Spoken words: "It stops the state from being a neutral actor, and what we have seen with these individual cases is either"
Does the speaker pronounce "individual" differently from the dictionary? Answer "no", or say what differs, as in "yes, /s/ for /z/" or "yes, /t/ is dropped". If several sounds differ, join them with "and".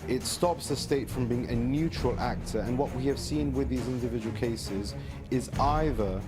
no